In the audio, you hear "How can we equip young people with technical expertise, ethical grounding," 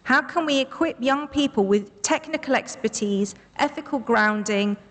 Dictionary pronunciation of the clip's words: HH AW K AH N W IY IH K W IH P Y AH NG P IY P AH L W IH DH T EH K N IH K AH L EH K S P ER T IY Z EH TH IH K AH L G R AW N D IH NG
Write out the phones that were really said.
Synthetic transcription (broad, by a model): HH AW K AH N W IY IH K W IH P Y AH NG P IY P AH L W IH DH T EH K N IH K AH L EH K S P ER T IY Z EH TH IH K AH L G R AW N D IH NG